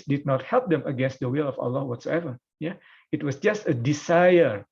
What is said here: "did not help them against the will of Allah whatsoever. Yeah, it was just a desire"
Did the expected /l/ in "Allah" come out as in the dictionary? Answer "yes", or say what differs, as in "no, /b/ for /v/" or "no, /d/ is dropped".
yes